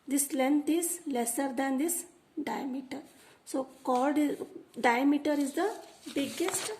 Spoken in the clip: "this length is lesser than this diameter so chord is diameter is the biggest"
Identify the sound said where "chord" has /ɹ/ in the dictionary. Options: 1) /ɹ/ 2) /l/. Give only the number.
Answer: 2